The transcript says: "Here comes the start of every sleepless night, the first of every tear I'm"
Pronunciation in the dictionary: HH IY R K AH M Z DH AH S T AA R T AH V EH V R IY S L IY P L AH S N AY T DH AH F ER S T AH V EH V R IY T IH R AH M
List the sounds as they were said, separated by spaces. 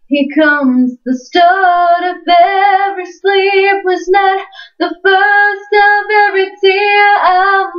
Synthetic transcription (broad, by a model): HH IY K AH M Z DH AH S T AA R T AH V EH V R IY S L IY P W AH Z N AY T DH AH F ER S T AH V EH V R IY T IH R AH